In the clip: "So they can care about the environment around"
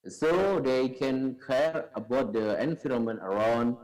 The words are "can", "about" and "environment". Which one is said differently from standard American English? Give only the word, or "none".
environment